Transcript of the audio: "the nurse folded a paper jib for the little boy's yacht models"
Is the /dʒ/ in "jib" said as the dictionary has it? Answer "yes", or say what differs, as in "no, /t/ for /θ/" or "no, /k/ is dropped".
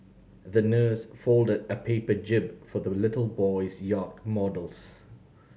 yes